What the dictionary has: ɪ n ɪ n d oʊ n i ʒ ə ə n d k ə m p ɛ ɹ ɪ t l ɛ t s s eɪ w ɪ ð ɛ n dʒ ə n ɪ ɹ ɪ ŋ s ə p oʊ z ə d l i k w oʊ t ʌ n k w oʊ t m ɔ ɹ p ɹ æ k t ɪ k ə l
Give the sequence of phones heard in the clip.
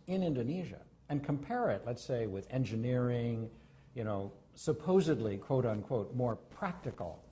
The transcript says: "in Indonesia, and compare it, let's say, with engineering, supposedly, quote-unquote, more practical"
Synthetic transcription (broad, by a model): ɪ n ɪ n d oʊ n i ʒ ə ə n k ə m p ɛ ɹ ɪ t l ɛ t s s eɪ w ɪ ð ɛ n dʒ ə n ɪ ɹ ɪ ŋ s ə p oʊ z ə d l i k w oʊ t ʌ n k w oʊ t m ɔ ɹ p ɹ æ k t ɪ k l